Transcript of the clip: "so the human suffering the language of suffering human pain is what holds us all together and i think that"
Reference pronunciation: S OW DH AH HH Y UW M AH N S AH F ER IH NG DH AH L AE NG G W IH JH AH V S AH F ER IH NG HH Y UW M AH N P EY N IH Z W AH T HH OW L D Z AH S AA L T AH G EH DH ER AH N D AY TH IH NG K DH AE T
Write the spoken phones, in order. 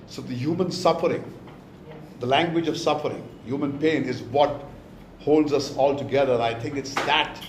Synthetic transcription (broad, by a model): S OW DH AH HH Y UW M AH N S AH F ER IH NG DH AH L AE NG G W IH JH AH V S AH F ER IH NG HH Y UW M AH N P EY N IH Z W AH T HH OW L D Z AH S AA L T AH G EH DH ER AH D AY T IH NG K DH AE T